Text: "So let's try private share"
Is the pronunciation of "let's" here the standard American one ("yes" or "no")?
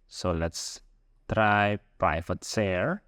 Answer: yes